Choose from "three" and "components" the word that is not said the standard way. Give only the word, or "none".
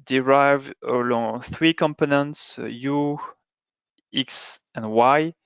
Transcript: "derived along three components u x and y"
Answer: none